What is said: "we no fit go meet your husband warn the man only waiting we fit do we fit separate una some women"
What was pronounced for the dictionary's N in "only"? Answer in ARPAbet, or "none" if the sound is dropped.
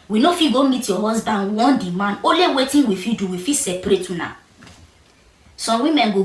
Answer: none